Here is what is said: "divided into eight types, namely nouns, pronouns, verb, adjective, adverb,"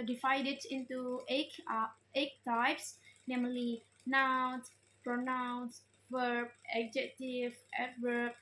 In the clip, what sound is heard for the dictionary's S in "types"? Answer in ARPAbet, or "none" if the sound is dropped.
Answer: S